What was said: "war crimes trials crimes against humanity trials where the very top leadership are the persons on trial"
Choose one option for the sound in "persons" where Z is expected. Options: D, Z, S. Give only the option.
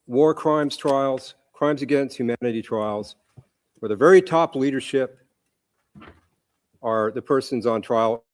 Z